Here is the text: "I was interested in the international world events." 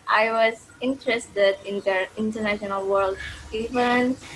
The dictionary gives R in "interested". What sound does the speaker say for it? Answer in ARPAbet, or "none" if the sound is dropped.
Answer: R